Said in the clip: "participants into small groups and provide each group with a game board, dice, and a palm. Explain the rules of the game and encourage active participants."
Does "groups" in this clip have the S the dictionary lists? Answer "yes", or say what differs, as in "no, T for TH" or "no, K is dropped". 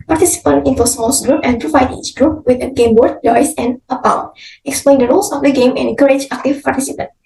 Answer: no, S is dropped